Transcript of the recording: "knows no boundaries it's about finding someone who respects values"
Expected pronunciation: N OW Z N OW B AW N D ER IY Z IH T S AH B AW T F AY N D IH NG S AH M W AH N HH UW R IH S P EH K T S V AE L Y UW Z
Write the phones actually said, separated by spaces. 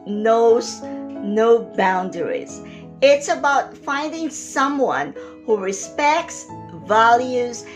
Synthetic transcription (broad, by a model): N OW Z N OW B AW N D ER IY Z IH T S AH B AW T F AY N D IH NG S AH M W AH N HH UW R IH S P EH K T S V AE L Y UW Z